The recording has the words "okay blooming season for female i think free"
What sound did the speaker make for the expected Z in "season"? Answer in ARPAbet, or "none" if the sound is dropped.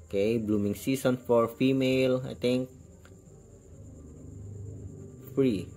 S